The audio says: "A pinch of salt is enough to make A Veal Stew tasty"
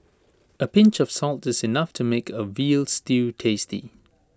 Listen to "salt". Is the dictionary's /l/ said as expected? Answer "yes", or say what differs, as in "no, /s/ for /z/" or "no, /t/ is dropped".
yes